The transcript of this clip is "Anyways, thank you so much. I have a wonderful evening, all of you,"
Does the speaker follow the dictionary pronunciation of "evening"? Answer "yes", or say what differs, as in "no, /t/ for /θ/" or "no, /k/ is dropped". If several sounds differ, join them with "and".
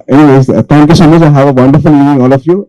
no, /v/ is dropped